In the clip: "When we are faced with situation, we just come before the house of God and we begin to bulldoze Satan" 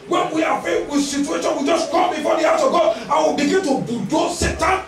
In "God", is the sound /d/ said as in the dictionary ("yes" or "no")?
no